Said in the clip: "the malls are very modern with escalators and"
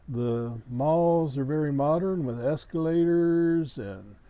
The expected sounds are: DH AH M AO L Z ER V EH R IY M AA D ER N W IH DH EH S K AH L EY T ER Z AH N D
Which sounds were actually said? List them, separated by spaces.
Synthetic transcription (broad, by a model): DH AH M AO L Z ER V EH R IY M AA D ER N W IH DH EH S K AH L EY T ER Z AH N